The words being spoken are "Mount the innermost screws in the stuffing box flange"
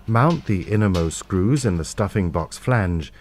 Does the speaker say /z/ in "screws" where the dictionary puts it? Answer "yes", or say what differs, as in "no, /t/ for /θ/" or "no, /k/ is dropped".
yes